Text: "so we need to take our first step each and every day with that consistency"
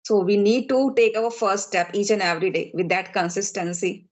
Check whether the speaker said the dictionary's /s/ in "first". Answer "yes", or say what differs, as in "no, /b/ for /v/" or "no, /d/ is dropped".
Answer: no, /s/ is dropped